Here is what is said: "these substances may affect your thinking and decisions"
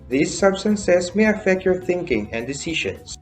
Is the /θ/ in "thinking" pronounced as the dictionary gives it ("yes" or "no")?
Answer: yes